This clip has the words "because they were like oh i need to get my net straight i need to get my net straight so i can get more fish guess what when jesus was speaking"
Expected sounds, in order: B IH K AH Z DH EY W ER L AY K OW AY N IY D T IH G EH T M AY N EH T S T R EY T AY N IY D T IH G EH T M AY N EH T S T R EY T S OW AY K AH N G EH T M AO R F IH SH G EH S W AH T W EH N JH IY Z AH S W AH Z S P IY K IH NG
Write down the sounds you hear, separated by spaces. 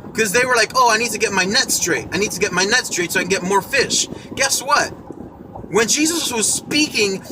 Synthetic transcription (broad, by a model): K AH Z DH EY W ER L AY K OW AY N IY D T IH G EH T M AY N EH T S T R EY T AY N IY D T IH G EH T M AY N EH T S T R EY T S OW AY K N G EH T M AO R F IH SH G EH S W AH T W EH N JH IY Z AH S W AH Z S P IY K IH NG